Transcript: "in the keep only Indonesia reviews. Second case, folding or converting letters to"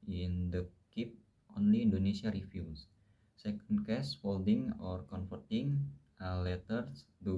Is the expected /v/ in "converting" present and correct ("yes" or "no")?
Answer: no